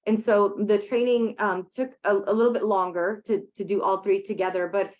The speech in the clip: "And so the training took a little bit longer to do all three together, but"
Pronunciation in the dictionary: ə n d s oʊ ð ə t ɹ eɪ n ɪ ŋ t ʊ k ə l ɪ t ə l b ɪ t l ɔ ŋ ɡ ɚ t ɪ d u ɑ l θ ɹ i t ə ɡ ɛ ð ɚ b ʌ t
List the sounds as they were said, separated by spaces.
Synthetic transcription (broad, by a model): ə n s oʊ ð ə t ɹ eɪ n ɪ ŋ t ʊ k ə l ɪ t l b ɪ t l ɔ ŋ ɡ ɚ t ɪ d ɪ ɑ l θ ɹ i t ə ɡ ɛ ð ɚ b ʌ t